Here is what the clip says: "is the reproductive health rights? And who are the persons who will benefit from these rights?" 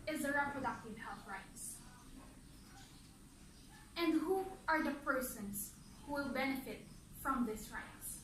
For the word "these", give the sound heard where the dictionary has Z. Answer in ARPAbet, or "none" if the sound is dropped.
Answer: S